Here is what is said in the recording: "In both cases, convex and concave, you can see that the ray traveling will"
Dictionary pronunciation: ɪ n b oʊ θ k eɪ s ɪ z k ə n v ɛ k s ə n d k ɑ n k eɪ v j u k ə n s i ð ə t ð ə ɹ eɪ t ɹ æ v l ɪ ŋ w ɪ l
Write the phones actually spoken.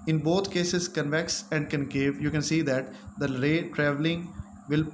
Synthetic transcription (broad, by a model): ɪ n b oʊ t k eɪ s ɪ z k ə n v ɛ k s ə n d k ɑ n k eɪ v j u k ə n s i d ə t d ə ɹ eɪ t ɹ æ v l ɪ ŋ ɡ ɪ l